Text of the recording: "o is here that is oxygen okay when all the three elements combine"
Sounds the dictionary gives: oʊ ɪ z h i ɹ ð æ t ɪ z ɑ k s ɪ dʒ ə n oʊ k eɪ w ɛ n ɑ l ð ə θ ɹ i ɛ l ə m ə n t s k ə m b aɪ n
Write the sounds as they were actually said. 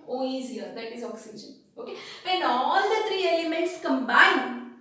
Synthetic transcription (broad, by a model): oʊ ɪ z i ɹ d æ t ɪ z ɑ k s ɪ dʒ ə n oʊ k eɪ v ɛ n ɑ l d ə t ɹ i ɛ l ə m ə n t s k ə m b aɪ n